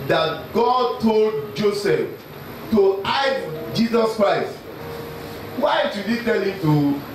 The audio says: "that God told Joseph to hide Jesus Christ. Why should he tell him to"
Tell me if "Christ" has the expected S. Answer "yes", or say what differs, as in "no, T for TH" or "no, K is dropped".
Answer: yes